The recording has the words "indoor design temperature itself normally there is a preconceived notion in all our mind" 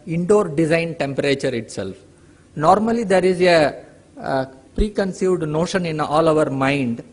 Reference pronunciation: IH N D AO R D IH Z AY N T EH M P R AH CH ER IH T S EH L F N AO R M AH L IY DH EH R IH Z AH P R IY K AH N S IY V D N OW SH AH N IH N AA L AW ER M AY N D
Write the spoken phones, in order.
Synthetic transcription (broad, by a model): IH N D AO R D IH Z AY N T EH M P R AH CH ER IH T S EH L F N AO R M AH L IY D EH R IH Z AH P R IY K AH N S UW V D N OW SH AH N IH N AA L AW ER M AY N D